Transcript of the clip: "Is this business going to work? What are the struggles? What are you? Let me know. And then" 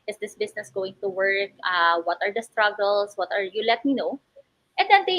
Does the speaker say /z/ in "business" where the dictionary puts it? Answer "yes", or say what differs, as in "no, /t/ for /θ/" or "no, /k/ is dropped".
no, /s/ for /z/